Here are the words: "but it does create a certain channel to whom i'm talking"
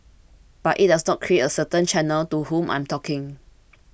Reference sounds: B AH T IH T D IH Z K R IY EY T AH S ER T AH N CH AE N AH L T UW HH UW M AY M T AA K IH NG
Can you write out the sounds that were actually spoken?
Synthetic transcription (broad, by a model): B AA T IH T D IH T K R IY EY T AH S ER T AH N CH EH N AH L T UW HH UW M AY M T AA K IH NG